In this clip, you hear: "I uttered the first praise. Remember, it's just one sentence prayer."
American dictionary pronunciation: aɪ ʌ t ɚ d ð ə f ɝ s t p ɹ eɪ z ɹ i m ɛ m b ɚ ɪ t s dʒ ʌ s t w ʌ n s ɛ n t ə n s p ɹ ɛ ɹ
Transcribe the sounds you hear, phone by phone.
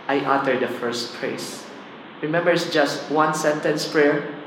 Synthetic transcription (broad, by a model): aɪ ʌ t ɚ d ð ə f ɝ s t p ɹ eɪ s ɹ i m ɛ m b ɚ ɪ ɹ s dʒ ʌ s t w ʌ n s ɛ n t ə n s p ɹ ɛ ɹ